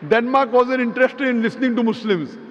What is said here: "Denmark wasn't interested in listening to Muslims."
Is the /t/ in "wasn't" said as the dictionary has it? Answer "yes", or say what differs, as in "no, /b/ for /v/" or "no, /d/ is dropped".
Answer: no, /t/ is dropped